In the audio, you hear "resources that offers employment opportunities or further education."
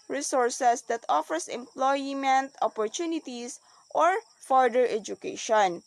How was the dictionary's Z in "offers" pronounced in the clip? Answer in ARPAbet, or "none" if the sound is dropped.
S